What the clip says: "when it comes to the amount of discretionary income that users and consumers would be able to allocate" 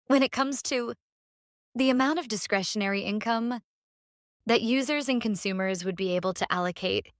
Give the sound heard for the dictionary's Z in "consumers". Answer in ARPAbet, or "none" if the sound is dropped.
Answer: Z